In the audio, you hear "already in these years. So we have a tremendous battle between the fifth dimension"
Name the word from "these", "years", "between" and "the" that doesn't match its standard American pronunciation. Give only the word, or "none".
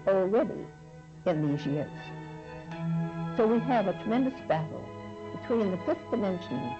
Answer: none